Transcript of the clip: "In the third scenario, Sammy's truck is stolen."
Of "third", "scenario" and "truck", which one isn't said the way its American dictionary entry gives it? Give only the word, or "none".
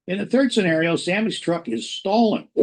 none